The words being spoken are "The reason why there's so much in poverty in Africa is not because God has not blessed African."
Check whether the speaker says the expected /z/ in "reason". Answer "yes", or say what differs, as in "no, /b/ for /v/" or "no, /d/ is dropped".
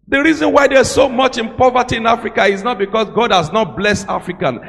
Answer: yes